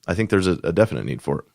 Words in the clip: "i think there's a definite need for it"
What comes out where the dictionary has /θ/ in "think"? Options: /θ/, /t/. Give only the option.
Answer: /θ/